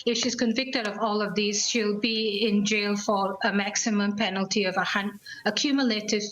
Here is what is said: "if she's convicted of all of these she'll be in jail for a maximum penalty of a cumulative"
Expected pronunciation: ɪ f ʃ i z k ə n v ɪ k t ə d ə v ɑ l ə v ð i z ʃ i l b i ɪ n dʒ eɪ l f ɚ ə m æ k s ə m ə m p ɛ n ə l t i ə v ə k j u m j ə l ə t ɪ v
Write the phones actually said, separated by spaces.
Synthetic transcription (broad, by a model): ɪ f ʃ i z k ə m v ɪ k t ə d ə v ɑ l ə v ð i z ʃ i l b i ɪ n dʒ eɪ l f ɚ ə m æ k s ə m ə m p ɛ n ə l t i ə v ə k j u m j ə l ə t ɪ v